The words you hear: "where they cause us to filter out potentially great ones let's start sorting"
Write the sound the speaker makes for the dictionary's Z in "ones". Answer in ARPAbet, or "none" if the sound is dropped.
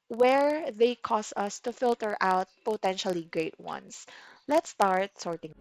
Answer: S